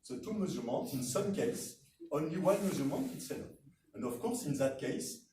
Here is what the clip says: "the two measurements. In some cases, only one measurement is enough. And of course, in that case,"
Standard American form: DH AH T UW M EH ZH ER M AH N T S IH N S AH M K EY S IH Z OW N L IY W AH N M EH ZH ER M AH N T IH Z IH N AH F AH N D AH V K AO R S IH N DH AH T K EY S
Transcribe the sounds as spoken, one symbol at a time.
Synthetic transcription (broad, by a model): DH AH T UW M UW Z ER M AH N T IH N S AH M K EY IH S OW N L IY W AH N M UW Z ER M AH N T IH S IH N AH AH N D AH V K AO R S IH N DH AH T K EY S